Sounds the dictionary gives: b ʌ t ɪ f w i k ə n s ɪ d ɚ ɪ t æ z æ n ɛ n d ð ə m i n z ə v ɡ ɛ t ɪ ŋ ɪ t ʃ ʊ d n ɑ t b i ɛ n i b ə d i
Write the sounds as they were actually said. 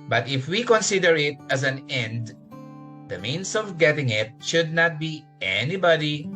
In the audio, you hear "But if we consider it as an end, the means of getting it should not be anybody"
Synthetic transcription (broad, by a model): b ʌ t ɪ f w i k ə n s ɪ d ɚ ɪ t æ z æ n ɛ n d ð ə m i n s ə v ɡ ɛ t ɪ ŋ ɪ t ʃ ʊ d n ɑ t b i ɛ n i b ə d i